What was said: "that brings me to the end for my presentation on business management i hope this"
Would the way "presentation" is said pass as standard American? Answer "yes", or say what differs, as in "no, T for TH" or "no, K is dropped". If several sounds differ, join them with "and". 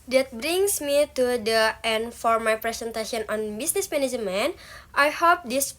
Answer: no, S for Z